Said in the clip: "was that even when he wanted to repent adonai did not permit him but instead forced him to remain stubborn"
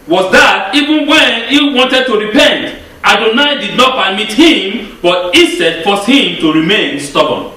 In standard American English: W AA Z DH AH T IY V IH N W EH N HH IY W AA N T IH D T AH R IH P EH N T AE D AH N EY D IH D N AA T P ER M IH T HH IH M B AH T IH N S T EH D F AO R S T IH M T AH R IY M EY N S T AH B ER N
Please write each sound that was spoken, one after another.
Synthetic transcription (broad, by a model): W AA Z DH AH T IY V IH N W EH N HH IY W AA N T IH D T AH R IH P EH N T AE D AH N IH D IH D N AA T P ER M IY T HH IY M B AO T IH S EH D F AO S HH IH M T AH R IY M EY N S T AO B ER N